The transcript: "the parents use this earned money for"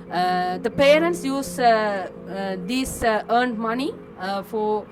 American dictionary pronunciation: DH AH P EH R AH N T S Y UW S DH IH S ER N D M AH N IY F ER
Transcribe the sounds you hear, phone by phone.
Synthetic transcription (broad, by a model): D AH P EH R AH N T S Y UW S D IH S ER N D M AH N IY F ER